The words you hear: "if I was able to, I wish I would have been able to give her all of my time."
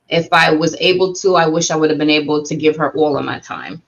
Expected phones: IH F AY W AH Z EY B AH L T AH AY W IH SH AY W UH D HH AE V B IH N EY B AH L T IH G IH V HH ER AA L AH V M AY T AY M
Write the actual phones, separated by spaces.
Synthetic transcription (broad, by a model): IH F AY W AH Z EY B L T AH AY W IH SH AY W UH D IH V B IH N EY B L T IH G IH V ER AA L AH V M AY T AY M